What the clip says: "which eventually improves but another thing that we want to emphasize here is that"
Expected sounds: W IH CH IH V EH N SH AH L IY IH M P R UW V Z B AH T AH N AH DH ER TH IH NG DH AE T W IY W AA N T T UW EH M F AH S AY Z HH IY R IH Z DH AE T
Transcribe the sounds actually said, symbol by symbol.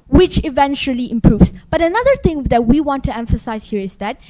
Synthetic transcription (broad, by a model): W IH CH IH V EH N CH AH L IY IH M P R UW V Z B AH T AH N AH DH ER T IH NG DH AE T W IY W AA N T T UW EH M F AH S AY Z HH IY R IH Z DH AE T